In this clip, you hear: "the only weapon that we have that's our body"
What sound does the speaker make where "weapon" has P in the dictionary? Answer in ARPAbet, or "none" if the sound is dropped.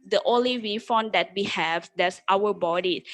F